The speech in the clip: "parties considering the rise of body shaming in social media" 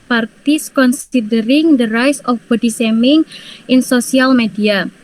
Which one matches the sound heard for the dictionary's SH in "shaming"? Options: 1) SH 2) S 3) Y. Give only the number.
2